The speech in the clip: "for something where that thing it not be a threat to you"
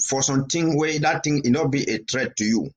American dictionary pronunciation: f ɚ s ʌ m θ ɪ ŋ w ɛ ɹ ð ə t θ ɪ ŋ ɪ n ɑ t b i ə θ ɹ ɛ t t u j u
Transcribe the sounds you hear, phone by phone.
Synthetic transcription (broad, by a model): f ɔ s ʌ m t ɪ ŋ w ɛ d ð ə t t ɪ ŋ ɪ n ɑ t b i ə t ɹ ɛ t t u j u